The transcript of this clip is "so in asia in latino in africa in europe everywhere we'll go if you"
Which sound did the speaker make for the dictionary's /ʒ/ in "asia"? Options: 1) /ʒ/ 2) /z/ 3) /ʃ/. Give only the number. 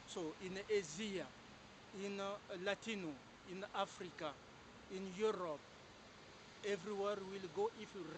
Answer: 2